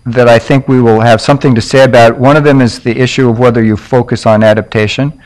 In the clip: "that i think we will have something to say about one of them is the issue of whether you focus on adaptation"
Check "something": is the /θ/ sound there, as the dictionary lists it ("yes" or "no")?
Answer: yes